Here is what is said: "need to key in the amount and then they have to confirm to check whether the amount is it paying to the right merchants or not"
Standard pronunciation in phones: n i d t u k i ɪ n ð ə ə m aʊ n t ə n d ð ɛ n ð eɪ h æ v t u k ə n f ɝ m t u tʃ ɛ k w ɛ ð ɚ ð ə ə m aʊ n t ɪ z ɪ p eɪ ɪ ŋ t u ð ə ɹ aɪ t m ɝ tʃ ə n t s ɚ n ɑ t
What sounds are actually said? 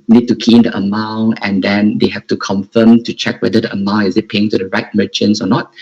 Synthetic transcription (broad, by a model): n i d t u k i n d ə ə m aʊ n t ə n d ɛ n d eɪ h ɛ f t u k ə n f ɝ m t u tʃ ɛ k w ɛ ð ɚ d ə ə m aʊ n ɪ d ɪ p eɪ ɪ ŋ t u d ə ɹ aɪ t m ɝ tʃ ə n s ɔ n ɑ t